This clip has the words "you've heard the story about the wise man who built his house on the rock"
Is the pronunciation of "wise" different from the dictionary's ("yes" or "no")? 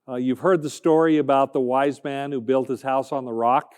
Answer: no